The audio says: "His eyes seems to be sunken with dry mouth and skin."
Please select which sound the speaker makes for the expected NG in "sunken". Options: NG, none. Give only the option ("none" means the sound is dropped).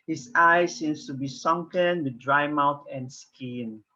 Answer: NG